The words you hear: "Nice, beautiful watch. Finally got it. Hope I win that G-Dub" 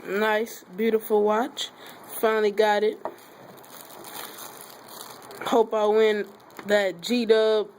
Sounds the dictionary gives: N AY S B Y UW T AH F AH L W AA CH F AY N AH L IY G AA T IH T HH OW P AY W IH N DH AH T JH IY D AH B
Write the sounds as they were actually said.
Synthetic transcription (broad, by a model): N AY S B Y UW T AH F L W AA CH F AY N L IY G AA T IH T HH OW P AY W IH N DH AH T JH IY D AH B